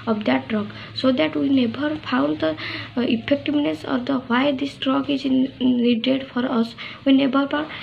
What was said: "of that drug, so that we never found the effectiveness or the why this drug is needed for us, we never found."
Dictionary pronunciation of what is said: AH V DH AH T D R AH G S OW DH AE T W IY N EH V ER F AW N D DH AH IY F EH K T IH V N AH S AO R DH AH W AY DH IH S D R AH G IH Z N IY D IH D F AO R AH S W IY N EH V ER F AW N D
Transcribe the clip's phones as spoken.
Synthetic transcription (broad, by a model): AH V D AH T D R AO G S OW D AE T W IY N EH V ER P AW N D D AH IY P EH K T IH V N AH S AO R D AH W AY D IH S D R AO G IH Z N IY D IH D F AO R AH S W IY N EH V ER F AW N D